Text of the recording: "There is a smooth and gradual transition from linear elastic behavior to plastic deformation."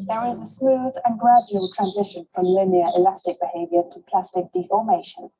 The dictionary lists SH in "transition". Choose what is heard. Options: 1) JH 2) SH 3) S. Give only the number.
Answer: 2